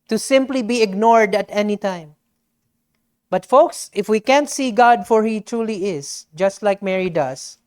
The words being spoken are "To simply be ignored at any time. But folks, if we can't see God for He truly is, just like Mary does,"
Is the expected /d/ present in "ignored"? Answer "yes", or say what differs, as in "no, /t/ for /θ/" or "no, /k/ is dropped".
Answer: yes